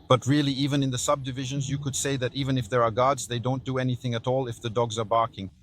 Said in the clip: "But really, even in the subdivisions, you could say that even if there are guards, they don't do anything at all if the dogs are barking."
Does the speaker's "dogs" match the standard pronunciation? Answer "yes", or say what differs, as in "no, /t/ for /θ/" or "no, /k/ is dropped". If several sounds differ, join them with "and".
yes